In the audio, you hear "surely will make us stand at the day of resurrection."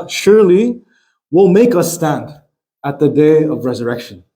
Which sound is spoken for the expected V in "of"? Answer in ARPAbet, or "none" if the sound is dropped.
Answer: V